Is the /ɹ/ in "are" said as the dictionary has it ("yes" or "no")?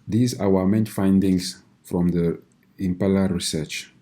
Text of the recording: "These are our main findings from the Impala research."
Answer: no